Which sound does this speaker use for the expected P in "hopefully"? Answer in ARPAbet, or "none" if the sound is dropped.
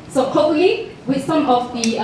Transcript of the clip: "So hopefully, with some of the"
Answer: none